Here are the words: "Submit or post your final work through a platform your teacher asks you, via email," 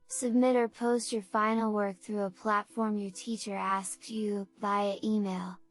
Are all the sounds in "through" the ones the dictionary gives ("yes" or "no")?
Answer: yes